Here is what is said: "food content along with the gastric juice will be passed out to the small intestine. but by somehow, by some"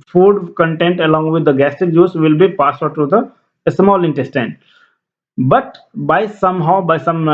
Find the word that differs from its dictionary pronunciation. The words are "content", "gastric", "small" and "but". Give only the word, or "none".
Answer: gastric